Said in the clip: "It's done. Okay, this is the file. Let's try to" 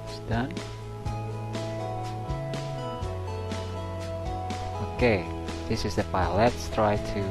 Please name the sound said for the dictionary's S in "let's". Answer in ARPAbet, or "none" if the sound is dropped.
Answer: S